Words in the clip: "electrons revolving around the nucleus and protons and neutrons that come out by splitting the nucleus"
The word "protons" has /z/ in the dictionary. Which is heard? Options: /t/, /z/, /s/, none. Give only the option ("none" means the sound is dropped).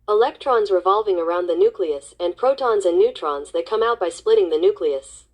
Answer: /z/